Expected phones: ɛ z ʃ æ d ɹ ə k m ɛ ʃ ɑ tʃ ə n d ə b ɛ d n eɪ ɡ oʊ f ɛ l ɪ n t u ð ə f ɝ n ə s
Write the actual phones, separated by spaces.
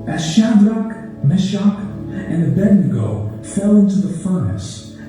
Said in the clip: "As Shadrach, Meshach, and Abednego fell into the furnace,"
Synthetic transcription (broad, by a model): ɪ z ʃ æ d ɹ ə k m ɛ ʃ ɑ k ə n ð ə b ɛ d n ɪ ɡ oʊ f ɛ l ɪ n t u ð ə f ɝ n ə s